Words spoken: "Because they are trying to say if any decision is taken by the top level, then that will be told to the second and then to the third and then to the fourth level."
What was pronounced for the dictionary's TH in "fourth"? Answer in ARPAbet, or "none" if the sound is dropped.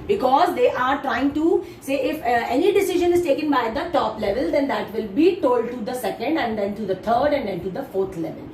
T